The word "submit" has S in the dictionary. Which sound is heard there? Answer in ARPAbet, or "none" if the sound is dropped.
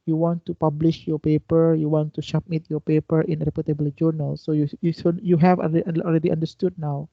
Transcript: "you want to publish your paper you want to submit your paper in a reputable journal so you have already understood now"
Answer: SH